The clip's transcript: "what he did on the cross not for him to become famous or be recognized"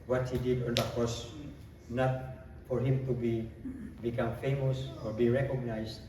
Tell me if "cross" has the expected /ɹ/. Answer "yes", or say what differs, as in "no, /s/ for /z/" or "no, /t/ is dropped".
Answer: no, /ɹ/ is dropped